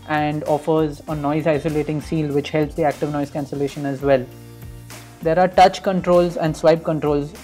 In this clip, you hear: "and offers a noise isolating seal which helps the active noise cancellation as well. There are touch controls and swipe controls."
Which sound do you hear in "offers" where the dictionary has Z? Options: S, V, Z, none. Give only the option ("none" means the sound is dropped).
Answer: Z